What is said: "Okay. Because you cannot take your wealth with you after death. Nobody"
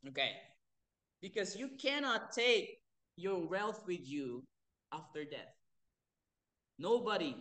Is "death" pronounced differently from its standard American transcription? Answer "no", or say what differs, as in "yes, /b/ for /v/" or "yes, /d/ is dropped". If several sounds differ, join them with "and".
no